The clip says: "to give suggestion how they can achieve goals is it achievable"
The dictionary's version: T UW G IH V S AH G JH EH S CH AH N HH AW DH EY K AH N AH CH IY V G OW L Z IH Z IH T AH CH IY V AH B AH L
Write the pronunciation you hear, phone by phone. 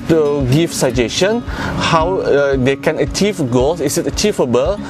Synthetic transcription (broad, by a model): T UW G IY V S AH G JH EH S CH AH N HH AW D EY K AH N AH CH IY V G OW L S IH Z IH T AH CH IY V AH B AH L